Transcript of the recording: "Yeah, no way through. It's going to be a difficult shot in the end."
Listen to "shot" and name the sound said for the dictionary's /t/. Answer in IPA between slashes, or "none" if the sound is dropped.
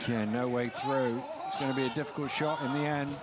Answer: /t/